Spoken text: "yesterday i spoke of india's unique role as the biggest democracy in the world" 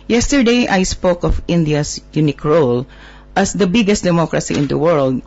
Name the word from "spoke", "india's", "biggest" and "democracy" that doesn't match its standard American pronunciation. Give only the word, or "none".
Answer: india's